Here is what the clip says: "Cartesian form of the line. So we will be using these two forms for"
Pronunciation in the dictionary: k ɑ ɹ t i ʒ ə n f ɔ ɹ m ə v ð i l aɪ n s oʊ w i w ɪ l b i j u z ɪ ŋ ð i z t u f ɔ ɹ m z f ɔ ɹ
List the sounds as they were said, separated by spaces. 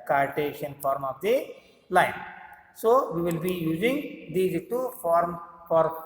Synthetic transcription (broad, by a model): k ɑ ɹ t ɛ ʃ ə n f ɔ ɹ m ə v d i l aɪ n s oʊ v i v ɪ l b i j u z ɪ ŋ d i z t u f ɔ ɹ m f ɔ ɹ